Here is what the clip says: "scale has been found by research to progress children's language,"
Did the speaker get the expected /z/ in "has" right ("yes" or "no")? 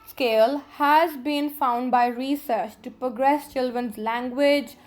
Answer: yes